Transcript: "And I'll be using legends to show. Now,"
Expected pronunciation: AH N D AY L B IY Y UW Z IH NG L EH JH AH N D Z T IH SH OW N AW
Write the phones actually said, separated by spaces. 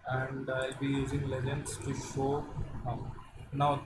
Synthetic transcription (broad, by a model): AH N D AY L B IY Y UW Z IH NG L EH JH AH N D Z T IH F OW N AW